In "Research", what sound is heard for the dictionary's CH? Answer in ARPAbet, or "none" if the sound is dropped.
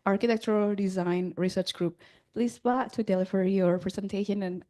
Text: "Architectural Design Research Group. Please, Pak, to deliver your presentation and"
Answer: CH